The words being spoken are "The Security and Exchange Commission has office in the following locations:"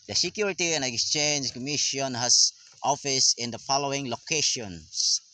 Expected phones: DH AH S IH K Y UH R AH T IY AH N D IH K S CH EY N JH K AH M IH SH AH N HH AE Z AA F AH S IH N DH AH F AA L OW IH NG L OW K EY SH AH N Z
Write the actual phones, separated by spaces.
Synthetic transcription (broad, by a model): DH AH S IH K Y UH R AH T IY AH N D IH K S CH EY N JH K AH M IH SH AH N HH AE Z AA F AH S IH N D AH F AA L OW IH NG L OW K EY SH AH N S